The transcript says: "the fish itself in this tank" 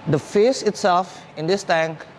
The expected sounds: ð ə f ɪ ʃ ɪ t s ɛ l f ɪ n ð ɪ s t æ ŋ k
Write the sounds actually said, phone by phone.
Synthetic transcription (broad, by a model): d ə f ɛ s ɪ t s ɛ l f ɪ n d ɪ s t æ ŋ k